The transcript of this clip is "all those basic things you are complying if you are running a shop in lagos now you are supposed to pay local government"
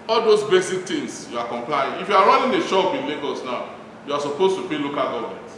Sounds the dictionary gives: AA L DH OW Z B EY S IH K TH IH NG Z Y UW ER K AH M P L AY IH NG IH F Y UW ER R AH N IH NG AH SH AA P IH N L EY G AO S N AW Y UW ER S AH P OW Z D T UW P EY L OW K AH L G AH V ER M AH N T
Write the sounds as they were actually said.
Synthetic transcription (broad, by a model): AA L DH OW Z B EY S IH K T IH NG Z Y UW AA K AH M P L AY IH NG IH F Y UW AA R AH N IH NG AH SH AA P IH N L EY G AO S N AW Y UW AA S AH P OW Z T UW P EY L OW K AH L G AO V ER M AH N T